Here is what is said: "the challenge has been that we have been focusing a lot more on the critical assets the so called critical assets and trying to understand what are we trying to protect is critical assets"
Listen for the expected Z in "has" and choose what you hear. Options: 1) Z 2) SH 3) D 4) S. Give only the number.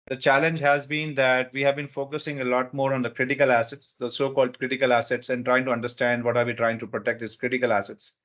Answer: 1